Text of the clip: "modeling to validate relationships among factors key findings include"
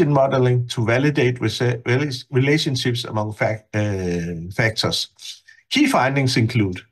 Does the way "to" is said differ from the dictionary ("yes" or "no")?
yes